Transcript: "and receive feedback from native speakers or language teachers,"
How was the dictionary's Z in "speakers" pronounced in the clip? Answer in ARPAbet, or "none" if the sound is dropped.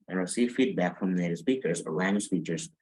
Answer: Z